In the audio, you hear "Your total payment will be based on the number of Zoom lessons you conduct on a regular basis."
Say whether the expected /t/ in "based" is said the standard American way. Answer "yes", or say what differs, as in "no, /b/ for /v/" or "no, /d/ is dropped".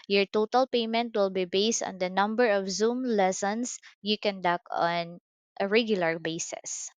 yes